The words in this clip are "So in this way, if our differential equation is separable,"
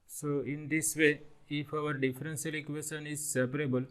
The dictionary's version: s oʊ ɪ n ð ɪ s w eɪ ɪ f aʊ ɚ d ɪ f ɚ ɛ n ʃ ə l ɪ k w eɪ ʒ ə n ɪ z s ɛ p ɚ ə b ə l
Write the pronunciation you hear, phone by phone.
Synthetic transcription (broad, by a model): s oʊ ɪ n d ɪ s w eɪ ɪ f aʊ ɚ d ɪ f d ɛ n s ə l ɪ k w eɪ ʃ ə n ɪ z s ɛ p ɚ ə b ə l